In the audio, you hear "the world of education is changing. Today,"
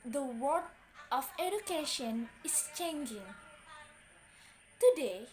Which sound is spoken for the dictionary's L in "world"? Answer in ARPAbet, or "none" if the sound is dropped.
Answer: none